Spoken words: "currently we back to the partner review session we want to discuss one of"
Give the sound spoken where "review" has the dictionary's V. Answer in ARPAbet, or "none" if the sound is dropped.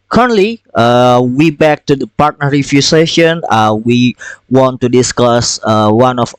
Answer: F